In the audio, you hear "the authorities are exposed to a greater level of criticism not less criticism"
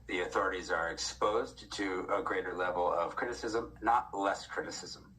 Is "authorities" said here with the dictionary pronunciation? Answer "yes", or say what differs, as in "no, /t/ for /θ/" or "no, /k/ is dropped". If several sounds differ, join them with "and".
yes